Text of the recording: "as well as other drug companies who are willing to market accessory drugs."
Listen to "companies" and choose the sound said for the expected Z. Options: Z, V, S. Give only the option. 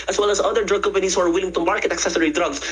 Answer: S